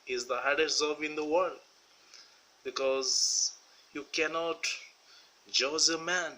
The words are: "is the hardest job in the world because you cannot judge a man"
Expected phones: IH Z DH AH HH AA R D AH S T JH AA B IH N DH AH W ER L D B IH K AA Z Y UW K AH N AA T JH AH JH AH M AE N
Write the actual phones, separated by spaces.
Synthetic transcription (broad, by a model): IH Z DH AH HH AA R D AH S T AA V IH N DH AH W ER L D B IH K AA Z Y UW K AH N AA T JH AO Z AH M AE N